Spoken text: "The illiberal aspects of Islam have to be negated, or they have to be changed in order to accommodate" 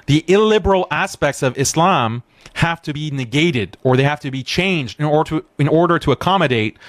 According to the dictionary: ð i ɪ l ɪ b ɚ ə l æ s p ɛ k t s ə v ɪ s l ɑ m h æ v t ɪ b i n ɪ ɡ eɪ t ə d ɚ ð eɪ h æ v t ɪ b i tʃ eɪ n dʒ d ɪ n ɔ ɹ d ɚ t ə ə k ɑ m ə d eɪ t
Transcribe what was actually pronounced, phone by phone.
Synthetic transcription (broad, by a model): ð i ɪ l ɪ b ɚ l æ s p ɛ k t s ə v ɪ s l ɑ m h æ f t ɪ b i n ɪ ɡ eɪ t ə d ɚ ð eɪ h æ f t ɪ b i tʃ eɪ n dʒ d ɪ n ɔ ɹ d ɚ t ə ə k ɑ m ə d eɪ t